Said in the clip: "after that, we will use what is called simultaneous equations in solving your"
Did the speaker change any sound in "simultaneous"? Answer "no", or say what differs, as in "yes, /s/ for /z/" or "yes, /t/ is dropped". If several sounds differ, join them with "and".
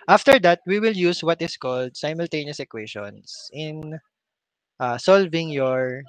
no